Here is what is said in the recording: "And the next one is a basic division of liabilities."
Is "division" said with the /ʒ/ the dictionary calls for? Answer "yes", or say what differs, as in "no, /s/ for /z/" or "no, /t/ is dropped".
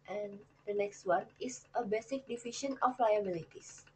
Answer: no, /ʃ/ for /ʒ/